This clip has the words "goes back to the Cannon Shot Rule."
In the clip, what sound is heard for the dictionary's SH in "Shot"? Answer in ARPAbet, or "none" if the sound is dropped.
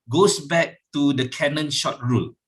SH